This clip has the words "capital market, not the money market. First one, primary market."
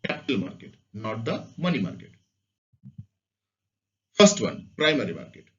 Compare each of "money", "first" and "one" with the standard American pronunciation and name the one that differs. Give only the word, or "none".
first